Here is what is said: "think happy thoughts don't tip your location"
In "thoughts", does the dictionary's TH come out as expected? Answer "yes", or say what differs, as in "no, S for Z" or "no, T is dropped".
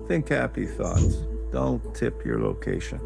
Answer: yes